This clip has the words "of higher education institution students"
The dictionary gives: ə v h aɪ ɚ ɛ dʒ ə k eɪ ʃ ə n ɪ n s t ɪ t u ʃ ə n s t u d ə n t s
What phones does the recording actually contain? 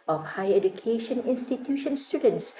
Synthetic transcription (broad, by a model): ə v h aɪ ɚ ɛ dʒ ə k eɪ ʃ ə n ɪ n s t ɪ t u ʃ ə n s t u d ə n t s